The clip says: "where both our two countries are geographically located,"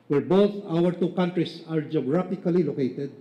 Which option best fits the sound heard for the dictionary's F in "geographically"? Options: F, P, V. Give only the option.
P